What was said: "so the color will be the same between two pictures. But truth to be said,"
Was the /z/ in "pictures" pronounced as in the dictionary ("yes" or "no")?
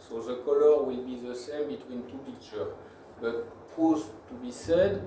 no